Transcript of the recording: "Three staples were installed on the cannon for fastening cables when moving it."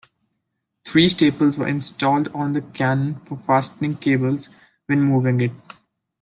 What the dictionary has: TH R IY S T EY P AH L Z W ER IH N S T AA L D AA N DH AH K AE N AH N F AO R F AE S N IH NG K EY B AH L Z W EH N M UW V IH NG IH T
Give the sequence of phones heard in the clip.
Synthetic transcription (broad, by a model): T R IY S T EY P AH L Z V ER IH N S T AA L D AA N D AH K AE N AH N F AO R F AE S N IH NG K EY B AH L Z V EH N M UW V IH NG IH T